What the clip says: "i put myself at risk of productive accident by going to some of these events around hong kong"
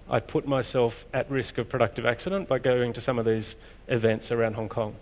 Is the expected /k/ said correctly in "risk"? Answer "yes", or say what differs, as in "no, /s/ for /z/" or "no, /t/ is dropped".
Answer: yes